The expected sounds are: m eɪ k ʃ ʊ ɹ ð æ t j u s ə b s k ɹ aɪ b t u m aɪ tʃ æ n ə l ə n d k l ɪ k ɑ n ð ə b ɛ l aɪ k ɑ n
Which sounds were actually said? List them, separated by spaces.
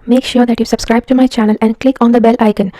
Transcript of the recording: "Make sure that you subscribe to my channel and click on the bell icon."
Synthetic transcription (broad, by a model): m eɪ k ʃ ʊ ɹ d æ t j u s ə b s k ɹ aɪ b t u m aɪ tʃ æ n ə l ə n d k l ɪ k ɑ n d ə b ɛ l aɪ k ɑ n